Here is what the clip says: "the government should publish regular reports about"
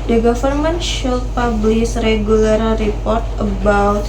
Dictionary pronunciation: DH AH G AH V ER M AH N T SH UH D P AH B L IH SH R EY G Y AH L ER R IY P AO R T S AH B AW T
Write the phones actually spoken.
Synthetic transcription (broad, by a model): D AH G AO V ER M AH N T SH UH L P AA B L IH S R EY G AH L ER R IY P AO R T AH B AW T